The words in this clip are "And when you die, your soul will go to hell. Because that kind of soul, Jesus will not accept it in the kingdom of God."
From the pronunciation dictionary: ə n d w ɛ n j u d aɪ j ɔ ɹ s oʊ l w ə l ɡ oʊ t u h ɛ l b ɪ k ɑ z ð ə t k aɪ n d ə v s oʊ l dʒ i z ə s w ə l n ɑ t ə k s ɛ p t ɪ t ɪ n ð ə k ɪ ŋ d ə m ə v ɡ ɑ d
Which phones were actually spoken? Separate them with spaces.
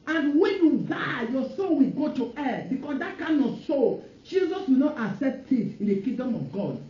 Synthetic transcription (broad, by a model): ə n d w ɛ n j u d aɪ j ɔ s oʊ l w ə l ɡ oʊ t u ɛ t b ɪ k ɑ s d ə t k aɪ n ə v s oʊ l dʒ i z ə s w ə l n ɑ t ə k s ɛ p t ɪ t ɪ n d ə k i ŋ d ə m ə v ɡ ɑ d